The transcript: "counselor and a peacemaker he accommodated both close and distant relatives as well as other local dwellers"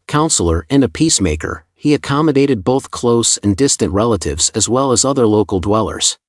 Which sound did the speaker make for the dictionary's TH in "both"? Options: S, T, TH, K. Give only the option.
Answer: TH